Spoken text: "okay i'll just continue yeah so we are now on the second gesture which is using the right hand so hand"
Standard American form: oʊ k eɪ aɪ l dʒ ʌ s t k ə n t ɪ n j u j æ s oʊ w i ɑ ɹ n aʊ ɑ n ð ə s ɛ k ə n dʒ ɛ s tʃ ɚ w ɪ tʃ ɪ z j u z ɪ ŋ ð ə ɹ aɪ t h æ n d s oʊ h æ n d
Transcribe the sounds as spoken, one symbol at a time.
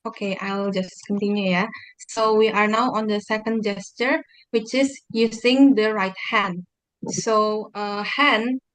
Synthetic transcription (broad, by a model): oʊ k eɪ aɪ l dʒ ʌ s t k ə n t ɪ n j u j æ s oʊ w i ɑ ɹ n aʊ ɑ n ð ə s ɛ k ə n dʒ ɛ s tʃ ɚ w ɪ tʃ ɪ s j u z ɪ ŋ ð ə ɹ aɪ t h æ n d s oʊ h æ n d